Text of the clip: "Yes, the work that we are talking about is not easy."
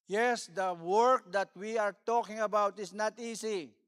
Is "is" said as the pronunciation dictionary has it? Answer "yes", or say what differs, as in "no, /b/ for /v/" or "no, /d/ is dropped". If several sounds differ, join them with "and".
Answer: no, /s/ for /z/